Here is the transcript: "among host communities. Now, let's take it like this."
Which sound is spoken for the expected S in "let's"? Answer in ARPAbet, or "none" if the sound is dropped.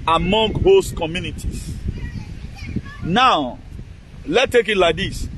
none